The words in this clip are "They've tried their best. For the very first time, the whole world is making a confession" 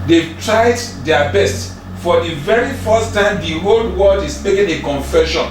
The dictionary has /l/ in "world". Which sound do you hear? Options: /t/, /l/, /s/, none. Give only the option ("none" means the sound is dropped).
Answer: none